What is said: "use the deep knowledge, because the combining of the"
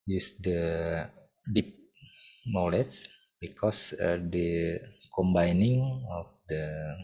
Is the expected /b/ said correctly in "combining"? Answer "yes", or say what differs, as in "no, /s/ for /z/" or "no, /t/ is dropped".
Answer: yes